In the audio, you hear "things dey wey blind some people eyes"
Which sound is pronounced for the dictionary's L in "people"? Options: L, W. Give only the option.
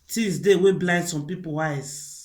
W